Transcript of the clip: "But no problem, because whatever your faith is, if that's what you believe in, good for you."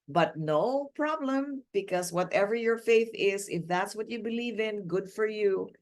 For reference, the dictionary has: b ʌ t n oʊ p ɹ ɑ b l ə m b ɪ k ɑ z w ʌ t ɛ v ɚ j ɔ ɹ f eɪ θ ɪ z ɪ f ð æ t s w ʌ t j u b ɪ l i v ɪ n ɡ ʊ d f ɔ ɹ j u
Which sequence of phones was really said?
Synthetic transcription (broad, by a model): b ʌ t n oʊ p ɹ ɑ b l ə m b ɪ k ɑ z w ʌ t ɛ v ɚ j ɔ ɹ f eɪ θ ɪ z ɪ f ð æ t s w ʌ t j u b ɪ l i v ɪ n ɡ ʊ d f ɔ ɹ j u